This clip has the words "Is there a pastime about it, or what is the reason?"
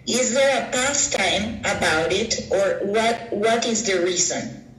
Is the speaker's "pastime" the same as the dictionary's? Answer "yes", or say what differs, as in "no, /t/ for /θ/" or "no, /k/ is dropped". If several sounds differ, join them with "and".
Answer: yes